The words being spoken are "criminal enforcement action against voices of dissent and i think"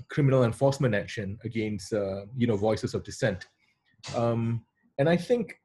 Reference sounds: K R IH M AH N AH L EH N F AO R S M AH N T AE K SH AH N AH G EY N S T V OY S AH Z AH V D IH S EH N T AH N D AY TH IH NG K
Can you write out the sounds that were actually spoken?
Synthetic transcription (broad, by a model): K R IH M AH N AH L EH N F AO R S M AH N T AE K SH AH N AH G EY N S T V OY S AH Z AH V D IH S EH N T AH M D AY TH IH NG K